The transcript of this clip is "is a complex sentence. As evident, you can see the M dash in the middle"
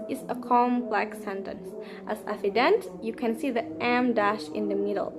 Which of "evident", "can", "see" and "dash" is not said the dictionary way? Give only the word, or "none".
evident